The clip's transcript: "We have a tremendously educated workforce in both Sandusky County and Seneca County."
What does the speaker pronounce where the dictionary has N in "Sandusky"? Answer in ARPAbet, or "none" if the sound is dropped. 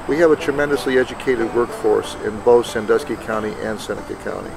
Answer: N